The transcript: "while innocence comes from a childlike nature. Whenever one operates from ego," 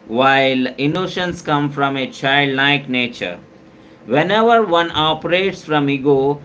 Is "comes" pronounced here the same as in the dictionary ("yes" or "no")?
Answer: no